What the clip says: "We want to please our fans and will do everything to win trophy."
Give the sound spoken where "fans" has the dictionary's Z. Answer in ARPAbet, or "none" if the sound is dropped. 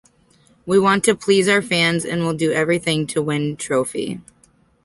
Z